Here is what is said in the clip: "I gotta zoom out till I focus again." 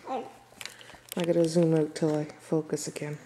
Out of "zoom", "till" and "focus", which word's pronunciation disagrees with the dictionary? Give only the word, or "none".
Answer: none